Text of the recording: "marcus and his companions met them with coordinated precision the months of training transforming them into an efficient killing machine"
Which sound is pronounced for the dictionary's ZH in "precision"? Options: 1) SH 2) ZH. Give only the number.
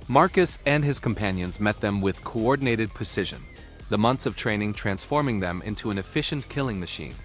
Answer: 2